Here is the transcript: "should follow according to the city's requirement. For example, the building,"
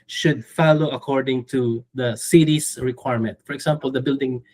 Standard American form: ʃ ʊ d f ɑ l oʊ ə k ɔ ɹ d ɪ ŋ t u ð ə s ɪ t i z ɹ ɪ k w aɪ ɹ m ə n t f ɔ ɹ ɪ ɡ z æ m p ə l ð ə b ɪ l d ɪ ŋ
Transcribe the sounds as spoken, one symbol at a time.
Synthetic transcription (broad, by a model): ʃ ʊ d f ɑ l oʊ ə k ɔ ɹ d ɪ ŋ t u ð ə s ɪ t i s ɹ ɪ k w aɪ ɹ m ə n t f ɔ ɹ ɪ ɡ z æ m p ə l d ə b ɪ l d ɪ ŋ